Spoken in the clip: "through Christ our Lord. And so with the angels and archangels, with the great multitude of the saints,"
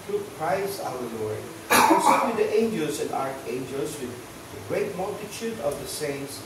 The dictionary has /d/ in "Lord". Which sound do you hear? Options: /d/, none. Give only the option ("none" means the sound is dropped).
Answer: none